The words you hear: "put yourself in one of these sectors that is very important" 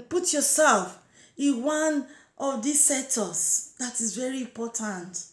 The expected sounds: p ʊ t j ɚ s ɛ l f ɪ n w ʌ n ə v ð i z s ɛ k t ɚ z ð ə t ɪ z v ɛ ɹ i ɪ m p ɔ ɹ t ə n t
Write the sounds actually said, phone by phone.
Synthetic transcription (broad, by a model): p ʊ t j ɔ s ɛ l f ɪ n w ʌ n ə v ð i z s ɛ t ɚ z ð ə t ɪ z v ɛ ɹ i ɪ m p ɔ t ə n t